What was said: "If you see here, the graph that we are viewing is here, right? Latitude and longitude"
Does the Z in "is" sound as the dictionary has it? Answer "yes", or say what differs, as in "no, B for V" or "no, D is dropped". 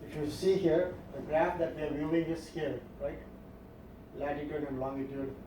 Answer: no, S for Z